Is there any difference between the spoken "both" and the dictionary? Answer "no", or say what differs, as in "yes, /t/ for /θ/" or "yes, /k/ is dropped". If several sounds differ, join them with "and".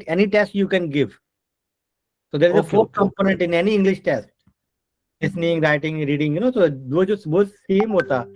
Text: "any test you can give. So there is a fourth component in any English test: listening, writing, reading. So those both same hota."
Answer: yes, /s/ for /θ/